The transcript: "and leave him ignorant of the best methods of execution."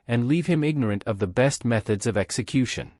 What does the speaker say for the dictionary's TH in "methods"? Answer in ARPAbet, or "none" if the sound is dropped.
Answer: TH